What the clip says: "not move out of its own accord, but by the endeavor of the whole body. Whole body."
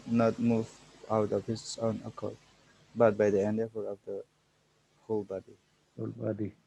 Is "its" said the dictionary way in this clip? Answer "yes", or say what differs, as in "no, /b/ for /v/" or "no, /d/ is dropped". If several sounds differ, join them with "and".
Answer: no, /s/ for /t/